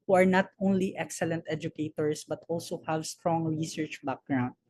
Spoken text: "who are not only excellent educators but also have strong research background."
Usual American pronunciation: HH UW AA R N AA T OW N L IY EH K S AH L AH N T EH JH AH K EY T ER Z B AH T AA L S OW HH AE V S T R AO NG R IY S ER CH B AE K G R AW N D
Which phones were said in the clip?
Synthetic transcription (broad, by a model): HH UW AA R N AA T OW N L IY EH K S AH L AH N T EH JH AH K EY T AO S B AH T AA L S OW HH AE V S T R AO NG R IY S ER CH B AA K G R AW N D